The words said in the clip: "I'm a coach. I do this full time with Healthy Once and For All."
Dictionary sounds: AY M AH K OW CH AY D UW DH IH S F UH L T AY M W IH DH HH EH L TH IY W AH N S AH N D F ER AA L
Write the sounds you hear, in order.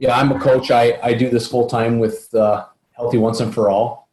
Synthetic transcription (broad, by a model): AY M AH K OW CH AY D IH DH IH S F UH L T AY M W IH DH HH EH L TH IY W AH N S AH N F ER AA L